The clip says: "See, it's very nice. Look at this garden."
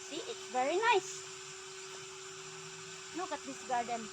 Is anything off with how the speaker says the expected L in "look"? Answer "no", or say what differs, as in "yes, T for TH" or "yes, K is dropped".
yes, N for L